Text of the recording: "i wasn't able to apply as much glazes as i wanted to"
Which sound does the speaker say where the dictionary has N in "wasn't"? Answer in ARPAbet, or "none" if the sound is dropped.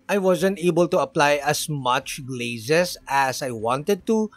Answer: N